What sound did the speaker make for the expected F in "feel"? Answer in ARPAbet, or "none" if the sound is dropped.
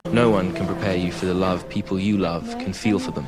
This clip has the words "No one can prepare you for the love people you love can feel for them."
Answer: F